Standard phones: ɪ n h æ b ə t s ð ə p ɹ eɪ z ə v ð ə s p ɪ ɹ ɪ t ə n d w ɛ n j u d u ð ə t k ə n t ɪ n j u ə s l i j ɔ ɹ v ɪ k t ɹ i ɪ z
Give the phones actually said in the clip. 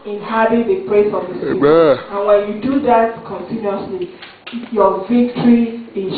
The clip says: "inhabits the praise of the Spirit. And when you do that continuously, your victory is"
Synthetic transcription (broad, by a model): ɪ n h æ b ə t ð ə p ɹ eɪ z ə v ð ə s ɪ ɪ ə n w ɛ n j u d u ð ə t k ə n t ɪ n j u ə s l i j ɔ v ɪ k t ɹ i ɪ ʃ